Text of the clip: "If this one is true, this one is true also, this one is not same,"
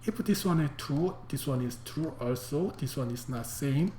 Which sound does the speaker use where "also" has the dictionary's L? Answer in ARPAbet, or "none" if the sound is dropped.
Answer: L